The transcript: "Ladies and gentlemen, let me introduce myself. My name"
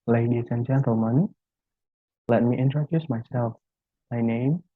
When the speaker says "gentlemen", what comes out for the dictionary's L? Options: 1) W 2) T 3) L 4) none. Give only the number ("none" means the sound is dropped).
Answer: 4